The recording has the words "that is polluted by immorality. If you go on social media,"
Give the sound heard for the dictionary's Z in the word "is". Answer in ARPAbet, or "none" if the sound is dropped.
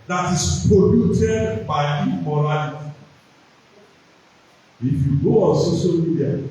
S